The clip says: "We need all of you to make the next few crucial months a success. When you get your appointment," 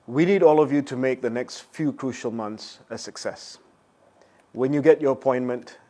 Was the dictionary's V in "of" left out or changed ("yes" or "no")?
no